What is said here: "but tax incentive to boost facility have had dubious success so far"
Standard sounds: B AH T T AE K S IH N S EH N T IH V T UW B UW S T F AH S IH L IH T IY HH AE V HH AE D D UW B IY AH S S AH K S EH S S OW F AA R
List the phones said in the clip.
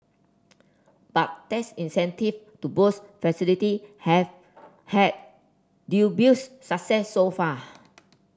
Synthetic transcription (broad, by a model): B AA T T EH S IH N S EH N T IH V T UW B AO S F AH S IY L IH T IY HH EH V HH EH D D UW B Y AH S S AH K S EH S S OW F AA